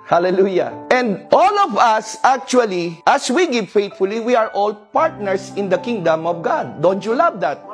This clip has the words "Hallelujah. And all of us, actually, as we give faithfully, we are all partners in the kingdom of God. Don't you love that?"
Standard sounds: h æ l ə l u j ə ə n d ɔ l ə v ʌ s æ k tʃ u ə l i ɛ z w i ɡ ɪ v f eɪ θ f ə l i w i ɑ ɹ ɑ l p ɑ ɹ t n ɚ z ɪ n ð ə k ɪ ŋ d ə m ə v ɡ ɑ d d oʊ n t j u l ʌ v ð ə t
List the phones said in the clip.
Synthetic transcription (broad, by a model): h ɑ l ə l u j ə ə n d ɔ l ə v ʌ s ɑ k tʃ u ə l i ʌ s w i ɡ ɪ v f eɪ t f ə l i w i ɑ ɹ ɑ l p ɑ ɹ t n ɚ s ɪ n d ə k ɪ ŋ d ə m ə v ɡ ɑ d d oʊ n t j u l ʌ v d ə t